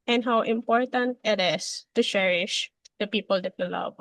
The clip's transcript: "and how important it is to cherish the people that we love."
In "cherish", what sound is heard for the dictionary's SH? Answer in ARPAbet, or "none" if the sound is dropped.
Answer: SH